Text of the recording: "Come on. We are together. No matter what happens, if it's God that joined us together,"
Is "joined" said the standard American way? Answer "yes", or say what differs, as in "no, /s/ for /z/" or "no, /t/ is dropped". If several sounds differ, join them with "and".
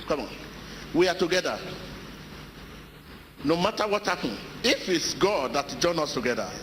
no, /d/ is dropped